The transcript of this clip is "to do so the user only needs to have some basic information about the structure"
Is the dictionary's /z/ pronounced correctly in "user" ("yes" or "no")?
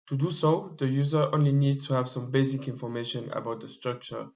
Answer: yes